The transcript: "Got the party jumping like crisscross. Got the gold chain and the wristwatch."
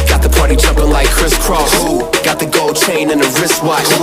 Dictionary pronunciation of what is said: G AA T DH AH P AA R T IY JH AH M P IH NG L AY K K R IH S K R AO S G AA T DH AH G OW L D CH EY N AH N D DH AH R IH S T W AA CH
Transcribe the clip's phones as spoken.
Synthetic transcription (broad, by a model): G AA T DH AH P AA R T IY CH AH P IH L AY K K R IH S K R AO S G AA T DH AH G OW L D CH EY N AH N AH R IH S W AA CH